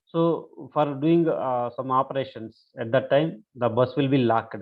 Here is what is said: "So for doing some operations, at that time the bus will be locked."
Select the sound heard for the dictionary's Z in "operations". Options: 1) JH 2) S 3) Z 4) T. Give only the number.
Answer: 2